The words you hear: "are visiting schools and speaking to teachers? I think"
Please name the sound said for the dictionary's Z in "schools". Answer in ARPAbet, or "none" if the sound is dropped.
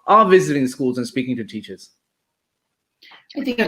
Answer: Z